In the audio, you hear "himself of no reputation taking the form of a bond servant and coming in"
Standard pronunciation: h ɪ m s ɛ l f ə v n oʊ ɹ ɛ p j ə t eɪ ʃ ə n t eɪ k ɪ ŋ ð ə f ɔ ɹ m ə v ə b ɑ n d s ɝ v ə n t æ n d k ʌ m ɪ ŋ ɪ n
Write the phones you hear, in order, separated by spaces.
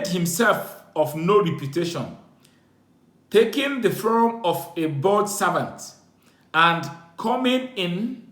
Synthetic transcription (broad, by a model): h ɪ m s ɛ l f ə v n oʊ ɹ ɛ p j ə t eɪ ʃ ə n t eɪ k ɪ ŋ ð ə f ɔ ɹ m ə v ə b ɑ d s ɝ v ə n t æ n d k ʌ m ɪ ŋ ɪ n